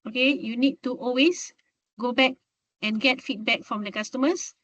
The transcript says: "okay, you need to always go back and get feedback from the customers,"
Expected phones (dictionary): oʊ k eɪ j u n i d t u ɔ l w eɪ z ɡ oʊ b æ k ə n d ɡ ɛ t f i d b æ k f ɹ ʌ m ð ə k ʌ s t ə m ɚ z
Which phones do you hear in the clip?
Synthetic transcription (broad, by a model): oʊ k eɪ j u n i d t u ɔ l w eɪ s ɡ oʊ b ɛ k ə n ɡ ɛ t f i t b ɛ k f ɹ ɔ m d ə k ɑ s t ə m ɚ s